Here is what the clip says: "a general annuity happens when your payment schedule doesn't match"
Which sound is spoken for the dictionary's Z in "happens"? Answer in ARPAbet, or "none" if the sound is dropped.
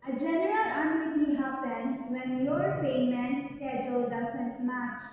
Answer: none